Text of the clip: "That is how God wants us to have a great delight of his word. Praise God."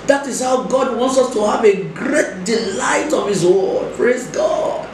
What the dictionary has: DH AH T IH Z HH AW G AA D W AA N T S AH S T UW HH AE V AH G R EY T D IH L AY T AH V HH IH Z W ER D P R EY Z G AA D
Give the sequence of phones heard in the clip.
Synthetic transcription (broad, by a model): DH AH T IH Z HH AW G AA D W AA N T S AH S T UW HH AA V AH G R EY T D IH L AY T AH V HH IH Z W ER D P R EY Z G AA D